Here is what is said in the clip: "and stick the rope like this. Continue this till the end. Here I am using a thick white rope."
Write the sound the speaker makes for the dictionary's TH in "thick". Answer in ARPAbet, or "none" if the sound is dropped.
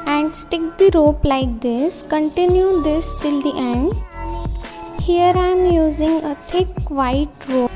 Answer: T